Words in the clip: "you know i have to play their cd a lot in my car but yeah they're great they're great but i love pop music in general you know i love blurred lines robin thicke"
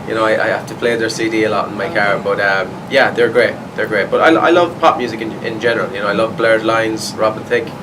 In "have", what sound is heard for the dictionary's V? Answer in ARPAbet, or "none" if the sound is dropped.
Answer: F